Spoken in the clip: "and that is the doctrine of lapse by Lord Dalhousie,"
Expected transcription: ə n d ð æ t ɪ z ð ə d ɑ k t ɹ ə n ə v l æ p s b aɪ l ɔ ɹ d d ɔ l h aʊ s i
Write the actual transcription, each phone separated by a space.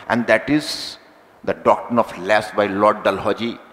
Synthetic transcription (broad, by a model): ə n d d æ t ɪ z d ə d ɑ k t ɹ ə n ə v l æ s b aɪ l ɔ ɹ d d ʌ l h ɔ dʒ i